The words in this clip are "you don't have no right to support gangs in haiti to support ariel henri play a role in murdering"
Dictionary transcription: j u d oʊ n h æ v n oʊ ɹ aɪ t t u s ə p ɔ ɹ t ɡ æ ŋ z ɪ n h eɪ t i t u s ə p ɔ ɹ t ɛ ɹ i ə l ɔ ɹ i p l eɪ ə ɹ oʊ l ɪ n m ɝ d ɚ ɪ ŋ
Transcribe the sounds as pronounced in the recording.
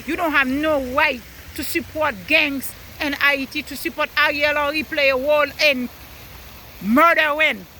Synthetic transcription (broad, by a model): j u d oʊ n h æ v n oʊ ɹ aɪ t t u s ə p ɔ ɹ t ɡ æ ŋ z ɪ n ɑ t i t u s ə p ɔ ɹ t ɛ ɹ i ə l ɔ ɹ i p l eɪ ə w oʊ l ɪ n m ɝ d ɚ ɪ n